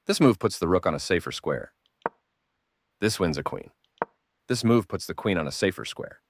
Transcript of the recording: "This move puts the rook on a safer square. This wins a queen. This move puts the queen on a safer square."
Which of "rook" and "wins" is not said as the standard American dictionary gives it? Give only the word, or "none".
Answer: none